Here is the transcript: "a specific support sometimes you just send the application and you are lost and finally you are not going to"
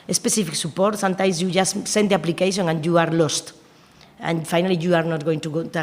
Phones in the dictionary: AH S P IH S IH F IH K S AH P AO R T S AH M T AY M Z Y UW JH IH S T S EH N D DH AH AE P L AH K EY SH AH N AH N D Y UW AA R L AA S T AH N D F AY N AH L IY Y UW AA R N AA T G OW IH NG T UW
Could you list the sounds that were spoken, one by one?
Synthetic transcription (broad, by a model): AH S P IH S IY F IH K S AH P AO R T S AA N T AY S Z Y UW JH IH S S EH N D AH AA P L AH K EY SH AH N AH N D Y UW AA R L AA S T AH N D F AY N AH L IY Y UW AA R N AA T G OW IH NG T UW